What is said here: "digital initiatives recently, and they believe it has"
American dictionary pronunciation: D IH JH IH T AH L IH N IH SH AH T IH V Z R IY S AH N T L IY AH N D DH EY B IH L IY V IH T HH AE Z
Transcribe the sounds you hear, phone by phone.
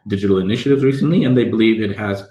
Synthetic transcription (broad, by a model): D IH JH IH T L IH N IH SH AH T IH V Z R IY S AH N T L IY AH N DH EY B IH L IY V IH T HH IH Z